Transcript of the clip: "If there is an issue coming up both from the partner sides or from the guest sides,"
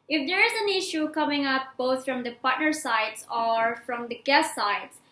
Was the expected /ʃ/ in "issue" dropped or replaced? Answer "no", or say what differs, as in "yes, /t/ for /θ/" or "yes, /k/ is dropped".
no